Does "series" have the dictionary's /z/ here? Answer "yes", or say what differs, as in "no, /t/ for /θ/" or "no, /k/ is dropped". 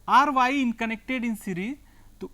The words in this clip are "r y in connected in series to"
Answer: no, /z/ is dropped